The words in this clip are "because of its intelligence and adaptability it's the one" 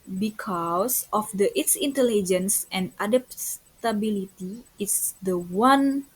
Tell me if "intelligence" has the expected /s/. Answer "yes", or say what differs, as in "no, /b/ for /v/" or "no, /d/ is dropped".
yes